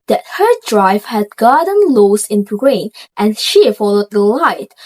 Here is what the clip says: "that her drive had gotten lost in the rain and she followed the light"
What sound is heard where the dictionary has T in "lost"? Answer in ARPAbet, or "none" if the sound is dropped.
none